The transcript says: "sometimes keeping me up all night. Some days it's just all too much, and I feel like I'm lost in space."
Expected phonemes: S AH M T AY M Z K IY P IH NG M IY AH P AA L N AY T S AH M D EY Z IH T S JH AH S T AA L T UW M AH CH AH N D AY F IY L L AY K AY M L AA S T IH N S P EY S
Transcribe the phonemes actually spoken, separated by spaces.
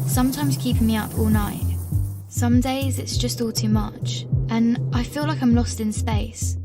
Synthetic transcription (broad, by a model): S AH M T AY M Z K IY P IH NG M IY AH P AA L N AY T S AH M D EY Z IH T S JH AH S T AA L T UW M AH CH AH N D AY F IY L L AY K AY M L AA S T IH N S P EY S